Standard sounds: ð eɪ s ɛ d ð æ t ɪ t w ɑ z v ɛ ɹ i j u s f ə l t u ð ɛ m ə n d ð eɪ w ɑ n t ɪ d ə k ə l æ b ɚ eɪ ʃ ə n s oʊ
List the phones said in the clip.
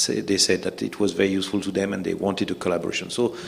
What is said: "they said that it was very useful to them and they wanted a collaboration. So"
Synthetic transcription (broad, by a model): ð eɪ s ɛ d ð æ t ɪ t w ɑ z v ɛ ɹ i j u s f ə l t u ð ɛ m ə n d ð eɪ w ɑ n t ɪ d ə k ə l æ b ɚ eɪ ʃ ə n s oʊ